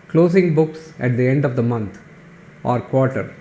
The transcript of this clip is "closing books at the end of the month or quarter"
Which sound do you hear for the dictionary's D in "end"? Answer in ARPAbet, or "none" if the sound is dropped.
D